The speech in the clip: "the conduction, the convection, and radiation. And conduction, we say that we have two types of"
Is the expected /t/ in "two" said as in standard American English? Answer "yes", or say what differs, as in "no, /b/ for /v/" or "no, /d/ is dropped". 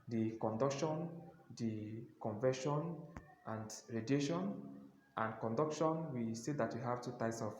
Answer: yes